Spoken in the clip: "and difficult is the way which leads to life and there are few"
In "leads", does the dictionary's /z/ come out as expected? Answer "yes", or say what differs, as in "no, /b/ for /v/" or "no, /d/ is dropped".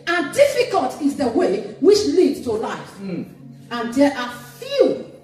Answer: no, /z/ is dropped